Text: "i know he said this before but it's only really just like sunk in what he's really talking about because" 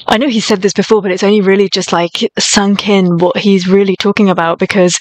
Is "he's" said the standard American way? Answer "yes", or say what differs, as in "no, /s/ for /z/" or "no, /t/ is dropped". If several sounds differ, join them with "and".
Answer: yes